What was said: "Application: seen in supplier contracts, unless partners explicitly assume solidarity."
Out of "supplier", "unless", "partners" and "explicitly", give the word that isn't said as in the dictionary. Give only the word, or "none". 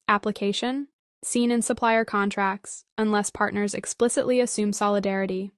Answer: none